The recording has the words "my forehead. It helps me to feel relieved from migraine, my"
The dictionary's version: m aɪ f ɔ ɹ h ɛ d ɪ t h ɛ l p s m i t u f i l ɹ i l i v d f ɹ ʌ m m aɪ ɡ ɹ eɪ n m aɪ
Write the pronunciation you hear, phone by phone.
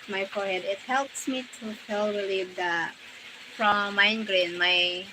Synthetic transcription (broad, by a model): m aɪ f ɔ ɹ h ɛ d ɪ t h ɛ l p s m i t u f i l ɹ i l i d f ɹ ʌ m m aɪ ɡ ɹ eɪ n m aɪ